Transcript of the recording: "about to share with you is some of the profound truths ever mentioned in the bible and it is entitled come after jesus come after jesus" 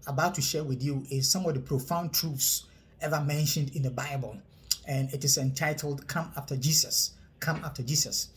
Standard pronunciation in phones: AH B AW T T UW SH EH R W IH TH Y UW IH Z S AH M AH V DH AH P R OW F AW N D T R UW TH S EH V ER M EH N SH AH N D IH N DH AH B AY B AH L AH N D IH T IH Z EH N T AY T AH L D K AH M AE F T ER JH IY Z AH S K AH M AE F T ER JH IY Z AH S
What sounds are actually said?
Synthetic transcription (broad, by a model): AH B AW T T UW SH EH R W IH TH Y UW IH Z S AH M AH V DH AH P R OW F AW N T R UW F S EH V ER M EH N SH AH N D IH N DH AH B AY B AH L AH N IH T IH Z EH N T AY T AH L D K AH M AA F T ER JH IY S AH S K AH M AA F T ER JH IY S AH S